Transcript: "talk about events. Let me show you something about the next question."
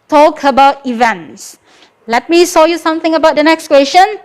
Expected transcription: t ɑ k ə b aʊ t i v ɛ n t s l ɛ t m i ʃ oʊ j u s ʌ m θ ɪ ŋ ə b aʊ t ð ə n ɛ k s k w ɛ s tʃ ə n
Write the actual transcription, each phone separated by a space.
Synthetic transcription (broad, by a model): t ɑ k ə b aʊ t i v ɛ n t s l ɛ t m i s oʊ j u s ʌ m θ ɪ ŋ ə b aʊ t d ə n ɛ k s k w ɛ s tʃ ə n